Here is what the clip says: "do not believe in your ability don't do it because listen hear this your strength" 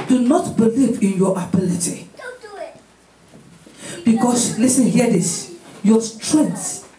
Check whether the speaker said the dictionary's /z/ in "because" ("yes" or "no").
no